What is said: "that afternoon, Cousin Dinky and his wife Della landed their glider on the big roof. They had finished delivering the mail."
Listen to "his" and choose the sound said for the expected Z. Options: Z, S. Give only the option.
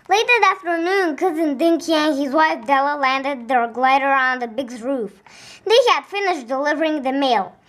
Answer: Z